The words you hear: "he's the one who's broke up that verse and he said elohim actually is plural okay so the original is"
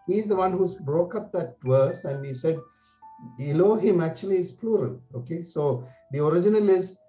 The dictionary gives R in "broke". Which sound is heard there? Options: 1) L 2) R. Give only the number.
2